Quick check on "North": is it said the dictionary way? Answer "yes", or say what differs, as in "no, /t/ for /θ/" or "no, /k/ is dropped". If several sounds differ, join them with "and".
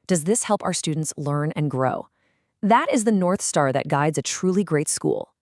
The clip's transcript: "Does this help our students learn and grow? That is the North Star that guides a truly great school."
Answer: yes